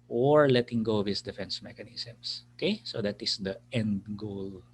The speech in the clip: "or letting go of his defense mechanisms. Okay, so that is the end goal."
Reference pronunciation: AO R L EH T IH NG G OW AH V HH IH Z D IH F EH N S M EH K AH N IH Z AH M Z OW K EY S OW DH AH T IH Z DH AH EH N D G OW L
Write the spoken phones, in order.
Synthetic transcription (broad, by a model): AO R L EH T IH NG G OW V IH S D IH F EH N S M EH K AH N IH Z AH M S OW K EY S OW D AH T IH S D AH EH N D G OW L